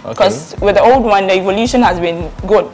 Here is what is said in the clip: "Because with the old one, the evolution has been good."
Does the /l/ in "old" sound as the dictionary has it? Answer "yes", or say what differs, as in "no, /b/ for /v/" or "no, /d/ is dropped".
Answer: yes